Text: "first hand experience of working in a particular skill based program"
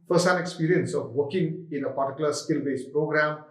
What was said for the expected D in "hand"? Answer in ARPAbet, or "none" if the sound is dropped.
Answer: none